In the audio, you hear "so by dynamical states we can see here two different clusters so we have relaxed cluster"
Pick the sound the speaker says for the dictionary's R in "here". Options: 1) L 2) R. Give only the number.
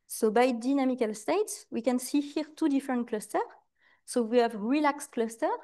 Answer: 2